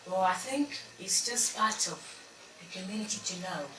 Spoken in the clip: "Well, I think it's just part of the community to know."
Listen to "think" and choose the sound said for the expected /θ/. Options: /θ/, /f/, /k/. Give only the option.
/θ/